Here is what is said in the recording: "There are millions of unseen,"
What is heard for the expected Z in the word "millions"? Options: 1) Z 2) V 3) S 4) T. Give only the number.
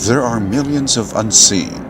1